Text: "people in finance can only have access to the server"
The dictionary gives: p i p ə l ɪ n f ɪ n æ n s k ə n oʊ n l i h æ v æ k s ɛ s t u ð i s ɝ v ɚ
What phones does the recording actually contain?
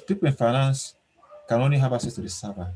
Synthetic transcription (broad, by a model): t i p ɪ n f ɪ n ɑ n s k ə n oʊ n i h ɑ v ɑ s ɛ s t u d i s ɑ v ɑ